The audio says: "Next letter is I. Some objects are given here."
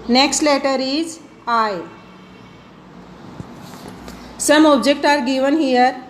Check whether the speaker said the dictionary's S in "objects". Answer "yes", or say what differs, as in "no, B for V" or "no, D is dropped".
no, S is dropped